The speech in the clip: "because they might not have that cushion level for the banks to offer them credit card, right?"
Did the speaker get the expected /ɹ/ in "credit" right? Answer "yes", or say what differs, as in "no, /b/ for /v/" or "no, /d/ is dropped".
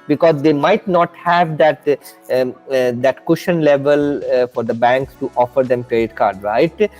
yes